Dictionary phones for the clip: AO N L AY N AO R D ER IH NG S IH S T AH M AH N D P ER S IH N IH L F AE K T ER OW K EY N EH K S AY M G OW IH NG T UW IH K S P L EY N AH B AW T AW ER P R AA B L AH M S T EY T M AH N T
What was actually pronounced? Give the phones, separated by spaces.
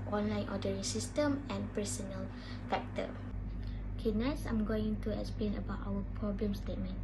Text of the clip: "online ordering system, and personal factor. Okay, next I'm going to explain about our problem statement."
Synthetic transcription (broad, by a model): AO N L AY N AO D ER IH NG S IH S T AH M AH N P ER S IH N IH L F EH K T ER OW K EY N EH S AY M G OW IH NG T UW IH K S P L EY N AH B AW T AW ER P R AA B L AH M S T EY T M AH N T